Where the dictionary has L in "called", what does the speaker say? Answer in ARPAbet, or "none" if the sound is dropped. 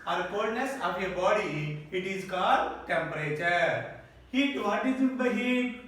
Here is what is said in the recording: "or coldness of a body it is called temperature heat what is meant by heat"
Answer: none